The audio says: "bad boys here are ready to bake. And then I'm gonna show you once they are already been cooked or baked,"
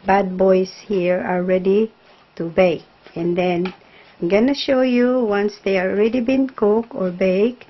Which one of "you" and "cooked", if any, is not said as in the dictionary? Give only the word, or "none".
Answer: cooked